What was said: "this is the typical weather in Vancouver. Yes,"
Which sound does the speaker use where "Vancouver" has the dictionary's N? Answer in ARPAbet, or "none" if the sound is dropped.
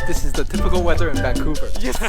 none